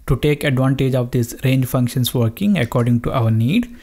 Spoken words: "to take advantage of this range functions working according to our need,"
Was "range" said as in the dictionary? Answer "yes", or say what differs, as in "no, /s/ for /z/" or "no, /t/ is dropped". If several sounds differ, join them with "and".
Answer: yes